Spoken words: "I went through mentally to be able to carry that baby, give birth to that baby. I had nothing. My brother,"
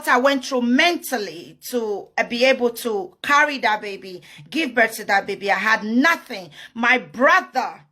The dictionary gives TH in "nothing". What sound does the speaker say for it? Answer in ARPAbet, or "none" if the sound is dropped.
TH